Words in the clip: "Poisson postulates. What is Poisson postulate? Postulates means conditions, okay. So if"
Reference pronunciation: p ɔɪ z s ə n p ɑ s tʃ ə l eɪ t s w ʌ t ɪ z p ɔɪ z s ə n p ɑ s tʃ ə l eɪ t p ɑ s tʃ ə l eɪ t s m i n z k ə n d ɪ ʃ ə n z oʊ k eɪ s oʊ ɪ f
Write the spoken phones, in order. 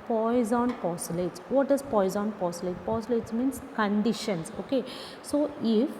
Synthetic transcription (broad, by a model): p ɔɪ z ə n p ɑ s ə l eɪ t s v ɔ t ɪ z p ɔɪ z ə n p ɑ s ə l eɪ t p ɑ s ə l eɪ t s m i n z k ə n d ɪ ʃ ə n s oʊ k eɪ s oʊ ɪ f